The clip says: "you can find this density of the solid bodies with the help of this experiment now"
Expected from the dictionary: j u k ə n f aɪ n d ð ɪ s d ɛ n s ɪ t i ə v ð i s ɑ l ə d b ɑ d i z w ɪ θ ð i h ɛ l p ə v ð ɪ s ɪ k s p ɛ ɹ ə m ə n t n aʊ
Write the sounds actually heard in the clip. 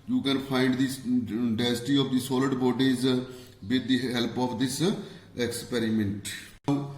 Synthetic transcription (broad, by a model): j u k ə n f aɪ n d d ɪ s d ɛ s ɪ t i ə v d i s ɑ l ə d b ɑ d i z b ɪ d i h ɛ l p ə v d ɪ s ɪ k s p ɛ ɹ ə m ə n t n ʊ